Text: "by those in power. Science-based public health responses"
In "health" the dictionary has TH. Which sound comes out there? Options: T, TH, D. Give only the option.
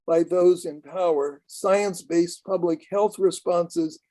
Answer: TH